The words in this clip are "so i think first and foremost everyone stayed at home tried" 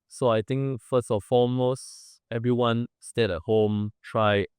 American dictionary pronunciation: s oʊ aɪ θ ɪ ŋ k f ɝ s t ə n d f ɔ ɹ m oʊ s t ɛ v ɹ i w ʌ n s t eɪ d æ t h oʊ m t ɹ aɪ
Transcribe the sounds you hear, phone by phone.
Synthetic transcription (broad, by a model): s oʊ aɪ t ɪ ŋ k f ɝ s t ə f ɔ m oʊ s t ɛ v ɹ i w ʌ n s t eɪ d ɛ t h oʊ m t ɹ aɪ